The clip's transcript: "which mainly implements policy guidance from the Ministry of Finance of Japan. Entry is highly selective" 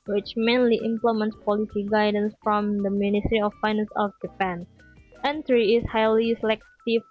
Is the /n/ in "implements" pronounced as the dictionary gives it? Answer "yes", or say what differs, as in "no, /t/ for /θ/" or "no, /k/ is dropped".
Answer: yes